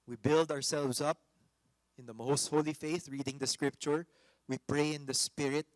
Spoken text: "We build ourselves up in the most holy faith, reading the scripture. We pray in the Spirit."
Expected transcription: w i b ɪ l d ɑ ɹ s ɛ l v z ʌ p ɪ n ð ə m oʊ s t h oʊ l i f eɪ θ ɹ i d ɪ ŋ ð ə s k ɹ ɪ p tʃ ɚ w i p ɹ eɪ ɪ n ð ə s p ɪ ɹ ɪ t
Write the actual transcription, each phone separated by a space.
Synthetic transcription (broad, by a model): w i b ɪ l d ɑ ɹ s ɛ l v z ʌ p ɪ n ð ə m oʊ s t h oʊ l i f eɪ θ ɹ i d ɪ ŋ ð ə s k ɹ ɪ p tʃ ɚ w i p ɹ eɪ ɪ n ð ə s p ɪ ɹ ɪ t